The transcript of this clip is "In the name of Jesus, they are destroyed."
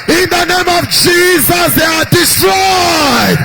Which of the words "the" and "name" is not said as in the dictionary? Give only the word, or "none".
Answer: none